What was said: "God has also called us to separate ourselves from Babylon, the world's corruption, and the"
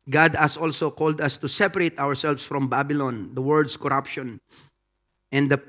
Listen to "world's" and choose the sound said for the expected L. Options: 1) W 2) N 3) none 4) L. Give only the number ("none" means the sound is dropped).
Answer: 3